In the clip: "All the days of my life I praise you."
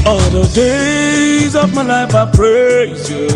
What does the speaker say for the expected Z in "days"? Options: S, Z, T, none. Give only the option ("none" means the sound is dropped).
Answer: Z